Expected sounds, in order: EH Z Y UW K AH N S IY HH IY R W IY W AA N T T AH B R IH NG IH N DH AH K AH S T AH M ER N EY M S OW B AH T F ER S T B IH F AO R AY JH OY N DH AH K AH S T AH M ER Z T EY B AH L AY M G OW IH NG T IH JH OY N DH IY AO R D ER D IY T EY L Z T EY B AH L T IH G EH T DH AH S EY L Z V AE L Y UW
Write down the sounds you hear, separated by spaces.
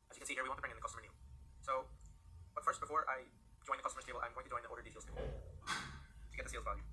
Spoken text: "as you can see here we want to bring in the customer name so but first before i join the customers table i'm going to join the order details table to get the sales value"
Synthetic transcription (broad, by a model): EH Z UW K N S IY HH IY R W IY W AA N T T AH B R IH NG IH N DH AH K AH S T AH M ER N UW S OW B AH T F ER S T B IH F AO R AY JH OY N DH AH K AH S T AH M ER T EY AH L AY M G OW IH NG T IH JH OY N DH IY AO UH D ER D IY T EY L T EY AH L T IH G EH T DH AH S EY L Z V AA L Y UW